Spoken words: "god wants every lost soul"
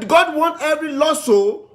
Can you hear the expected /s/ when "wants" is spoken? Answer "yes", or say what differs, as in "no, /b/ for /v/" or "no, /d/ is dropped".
no, /s/ is dropped